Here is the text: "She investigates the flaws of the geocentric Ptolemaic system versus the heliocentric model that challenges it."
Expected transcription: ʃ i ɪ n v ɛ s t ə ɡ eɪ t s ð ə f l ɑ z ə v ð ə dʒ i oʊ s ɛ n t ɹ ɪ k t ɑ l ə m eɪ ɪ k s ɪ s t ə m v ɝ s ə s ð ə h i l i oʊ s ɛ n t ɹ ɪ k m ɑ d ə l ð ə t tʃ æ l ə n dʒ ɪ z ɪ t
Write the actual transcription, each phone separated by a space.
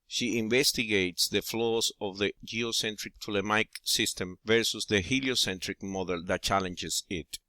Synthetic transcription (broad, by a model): ʃ i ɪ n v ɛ s t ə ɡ eɪ t s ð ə f l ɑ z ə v ð ə dʒ i oʊ s ɛ n t ɹ ɪ k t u l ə m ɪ k s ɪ s t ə m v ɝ s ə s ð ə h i l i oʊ s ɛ n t ɹ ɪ k m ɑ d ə l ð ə t tʃ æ l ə n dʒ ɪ s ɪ t